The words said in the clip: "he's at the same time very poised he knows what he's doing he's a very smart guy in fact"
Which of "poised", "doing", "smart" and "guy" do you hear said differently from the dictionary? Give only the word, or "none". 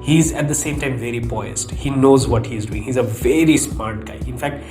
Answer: poised